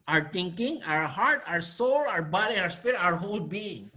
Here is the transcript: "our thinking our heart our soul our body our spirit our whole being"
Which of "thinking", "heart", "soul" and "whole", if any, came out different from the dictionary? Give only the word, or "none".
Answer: thinking